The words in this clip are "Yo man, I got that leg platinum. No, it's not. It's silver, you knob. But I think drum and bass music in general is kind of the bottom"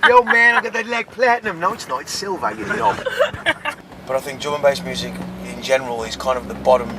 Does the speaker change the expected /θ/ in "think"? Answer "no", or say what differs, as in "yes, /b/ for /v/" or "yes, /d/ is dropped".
no